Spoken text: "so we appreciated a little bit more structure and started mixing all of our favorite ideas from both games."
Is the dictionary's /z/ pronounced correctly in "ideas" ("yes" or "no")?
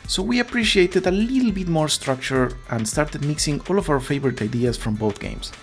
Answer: no